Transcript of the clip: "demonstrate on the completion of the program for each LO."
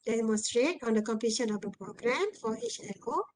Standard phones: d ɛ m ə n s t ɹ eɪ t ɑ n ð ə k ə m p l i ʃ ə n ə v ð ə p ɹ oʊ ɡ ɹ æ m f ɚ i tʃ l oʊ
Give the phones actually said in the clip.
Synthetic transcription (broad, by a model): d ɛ m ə n s t ɹ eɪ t ɑ n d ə k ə m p i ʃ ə n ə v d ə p ɹ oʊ ɡ ɹ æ m f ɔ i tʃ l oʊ